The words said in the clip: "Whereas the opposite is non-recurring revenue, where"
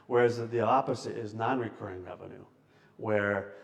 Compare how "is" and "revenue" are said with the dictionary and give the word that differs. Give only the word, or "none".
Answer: none